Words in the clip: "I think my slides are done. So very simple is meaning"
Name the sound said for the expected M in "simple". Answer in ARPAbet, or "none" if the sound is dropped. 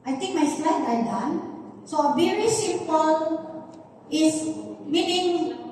none